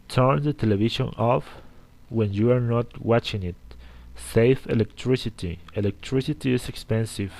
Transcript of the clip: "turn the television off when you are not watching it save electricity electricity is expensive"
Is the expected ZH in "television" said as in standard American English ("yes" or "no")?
no